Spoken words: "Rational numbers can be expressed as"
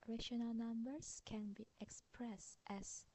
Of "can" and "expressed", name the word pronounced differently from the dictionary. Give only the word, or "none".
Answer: none